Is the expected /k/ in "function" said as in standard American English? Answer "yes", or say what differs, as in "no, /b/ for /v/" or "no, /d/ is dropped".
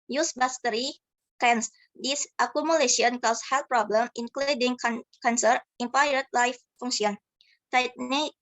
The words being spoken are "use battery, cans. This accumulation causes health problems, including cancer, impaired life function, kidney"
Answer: no, /k/ is dropped